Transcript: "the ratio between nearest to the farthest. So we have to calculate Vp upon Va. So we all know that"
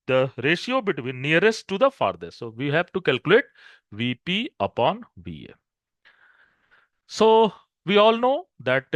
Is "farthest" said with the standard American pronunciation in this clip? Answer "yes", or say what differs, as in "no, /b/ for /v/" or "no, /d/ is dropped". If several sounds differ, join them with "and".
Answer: no, /s/ is dropped